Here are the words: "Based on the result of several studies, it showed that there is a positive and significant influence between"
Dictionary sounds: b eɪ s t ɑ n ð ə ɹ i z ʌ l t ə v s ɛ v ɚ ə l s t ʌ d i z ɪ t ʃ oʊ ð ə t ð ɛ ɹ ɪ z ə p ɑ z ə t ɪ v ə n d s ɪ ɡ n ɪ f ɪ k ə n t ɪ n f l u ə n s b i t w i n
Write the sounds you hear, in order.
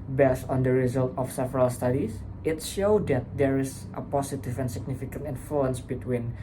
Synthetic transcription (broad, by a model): b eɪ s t ɑ n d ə ɹ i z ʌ l t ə f s ɛ v ɚ ə l s t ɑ d i s ɪ t ʃ oʊ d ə t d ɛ ɹ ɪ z ə p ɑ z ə t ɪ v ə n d s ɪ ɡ n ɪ f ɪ k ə n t ɪ n f l u ə n s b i t w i n